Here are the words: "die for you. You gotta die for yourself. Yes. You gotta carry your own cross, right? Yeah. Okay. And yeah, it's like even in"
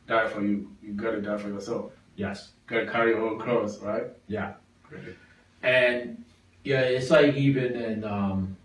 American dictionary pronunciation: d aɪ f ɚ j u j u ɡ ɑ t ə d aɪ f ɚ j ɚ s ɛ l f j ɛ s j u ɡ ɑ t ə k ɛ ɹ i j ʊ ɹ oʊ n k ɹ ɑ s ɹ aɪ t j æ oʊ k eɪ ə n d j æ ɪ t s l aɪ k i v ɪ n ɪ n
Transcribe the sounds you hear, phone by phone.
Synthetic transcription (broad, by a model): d aɪ f ɚ j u j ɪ ɡ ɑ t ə d aɪ f ɚ j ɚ s ɛ l f j ɛ s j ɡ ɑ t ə k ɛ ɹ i j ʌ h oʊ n k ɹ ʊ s ɹ aɪ t j æ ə n j æ ɪ t s l aɪ k i v ɪ n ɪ n